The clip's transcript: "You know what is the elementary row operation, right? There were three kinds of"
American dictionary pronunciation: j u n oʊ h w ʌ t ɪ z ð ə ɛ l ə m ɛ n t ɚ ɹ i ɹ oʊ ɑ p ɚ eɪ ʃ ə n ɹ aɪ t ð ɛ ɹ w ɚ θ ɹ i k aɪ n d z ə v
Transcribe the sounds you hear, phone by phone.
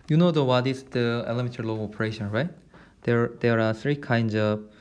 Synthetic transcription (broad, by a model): j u n oʊ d w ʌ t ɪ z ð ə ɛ l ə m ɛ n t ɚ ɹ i l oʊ ɑ p ɚ eɪ ʃ ə n ɹ aɪ t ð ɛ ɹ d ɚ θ ɹ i k aɪ n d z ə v